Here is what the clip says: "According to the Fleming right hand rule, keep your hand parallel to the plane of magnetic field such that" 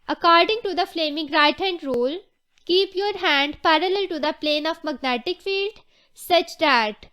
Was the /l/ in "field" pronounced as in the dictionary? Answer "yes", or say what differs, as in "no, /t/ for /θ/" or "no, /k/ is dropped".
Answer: yes